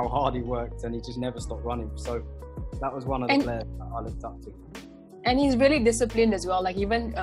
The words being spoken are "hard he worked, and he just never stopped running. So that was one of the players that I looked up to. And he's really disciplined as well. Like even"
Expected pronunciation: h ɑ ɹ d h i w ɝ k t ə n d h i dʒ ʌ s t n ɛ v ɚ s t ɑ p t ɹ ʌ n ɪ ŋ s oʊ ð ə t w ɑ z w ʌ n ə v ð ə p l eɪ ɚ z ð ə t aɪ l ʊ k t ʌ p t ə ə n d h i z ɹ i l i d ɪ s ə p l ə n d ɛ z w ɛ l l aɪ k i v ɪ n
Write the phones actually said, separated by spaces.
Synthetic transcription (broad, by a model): h ɑ d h i w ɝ k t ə n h i dʒ ʌ s n ɛ v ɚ s t ɑ p t ɹ ʌ n ɪ ŋ s oʊ ð ə t w ɑ z w ʌ n ə v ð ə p l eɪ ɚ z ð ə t aɪ l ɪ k t ʌ p t ə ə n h i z ɹ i l i d ɪ s ə p l ə n d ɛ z w ɛ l l aɪ k i v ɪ n